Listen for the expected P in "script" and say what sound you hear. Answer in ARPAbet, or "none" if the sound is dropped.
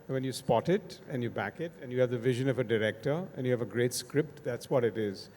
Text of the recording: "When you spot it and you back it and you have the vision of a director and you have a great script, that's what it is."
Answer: P